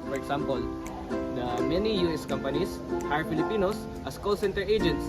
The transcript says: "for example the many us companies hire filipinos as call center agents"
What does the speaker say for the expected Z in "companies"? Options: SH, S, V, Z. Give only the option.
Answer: S